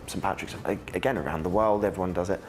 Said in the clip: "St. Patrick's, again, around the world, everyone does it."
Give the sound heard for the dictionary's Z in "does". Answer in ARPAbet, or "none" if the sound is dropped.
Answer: Z